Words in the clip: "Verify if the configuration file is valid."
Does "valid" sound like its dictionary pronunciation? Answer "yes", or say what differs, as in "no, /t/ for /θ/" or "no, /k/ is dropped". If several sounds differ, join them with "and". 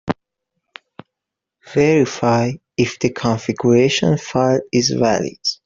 yes